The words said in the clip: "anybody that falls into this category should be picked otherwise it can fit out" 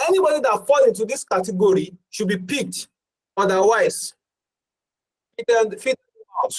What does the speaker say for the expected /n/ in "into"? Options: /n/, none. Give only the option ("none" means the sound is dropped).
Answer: /n/